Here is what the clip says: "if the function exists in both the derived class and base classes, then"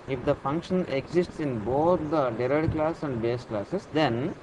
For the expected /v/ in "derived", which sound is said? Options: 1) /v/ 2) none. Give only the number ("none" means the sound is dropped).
2